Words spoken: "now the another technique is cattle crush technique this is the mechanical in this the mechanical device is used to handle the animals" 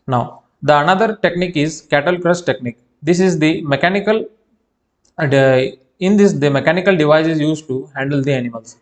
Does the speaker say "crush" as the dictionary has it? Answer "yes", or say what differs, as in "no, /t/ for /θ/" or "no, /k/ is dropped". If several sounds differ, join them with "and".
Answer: no, /s/ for /ʃ/